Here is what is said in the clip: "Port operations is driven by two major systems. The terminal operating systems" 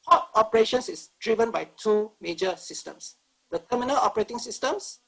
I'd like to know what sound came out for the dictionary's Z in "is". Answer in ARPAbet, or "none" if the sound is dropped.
S